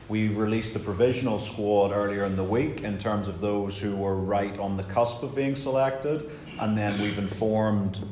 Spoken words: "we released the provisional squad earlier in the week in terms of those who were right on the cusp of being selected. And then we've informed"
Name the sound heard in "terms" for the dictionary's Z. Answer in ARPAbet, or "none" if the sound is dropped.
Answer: Z